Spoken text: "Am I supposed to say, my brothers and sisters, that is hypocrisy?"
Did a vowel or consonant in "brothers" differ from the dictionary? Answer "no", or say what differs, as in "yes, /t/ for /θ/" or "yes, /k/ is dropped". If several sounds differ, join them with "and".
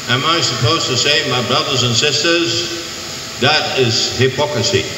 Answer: no